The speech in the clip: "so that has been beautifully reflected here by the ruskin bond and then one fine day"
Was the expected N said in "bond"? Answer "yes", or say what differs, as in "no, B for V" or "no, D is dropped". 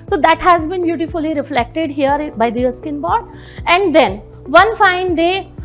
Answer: no, N is dropped